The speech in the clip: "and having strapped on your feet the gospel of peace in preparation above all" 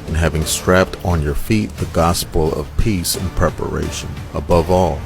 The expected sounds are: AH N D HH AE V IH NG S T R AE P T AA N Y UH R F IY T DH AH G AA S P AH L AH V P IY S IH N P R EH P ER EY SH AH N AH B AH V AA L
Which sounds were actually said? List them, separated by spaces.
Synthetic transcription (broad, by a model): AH N HH AE V IH NG S T R AE P T N Y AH R F IY T DH AH G AA S P L AH V P IY S IH N P R EH P ER EY SH AH N AH B AH V AA L